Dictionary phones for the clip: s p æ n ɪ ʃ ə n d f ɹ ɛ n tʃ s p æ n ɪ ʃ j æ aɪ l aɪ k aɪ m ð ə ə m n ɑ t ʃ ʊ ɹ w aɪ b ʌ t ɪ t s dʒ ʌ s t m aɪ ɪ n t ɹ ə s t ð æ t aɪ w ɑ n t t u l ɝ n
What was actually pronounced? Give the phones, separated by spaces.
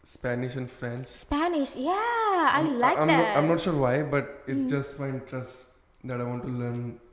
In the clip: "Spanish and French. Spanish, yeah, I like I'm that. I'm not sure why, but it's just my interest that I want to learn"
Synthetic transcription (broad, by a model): s p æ n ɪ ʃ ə n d f ɹ ɛ n tʃ s p æ n ɪ ʃ j æ aɪ l aɪ k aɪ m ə ə m n ɑ t ʃ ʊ ɹ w aɪ b ʌ t ɪ t s dʒ ʌ s t m aɪ ɪ n t ɹ ə s t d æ t aɪ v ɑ n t t u l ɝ n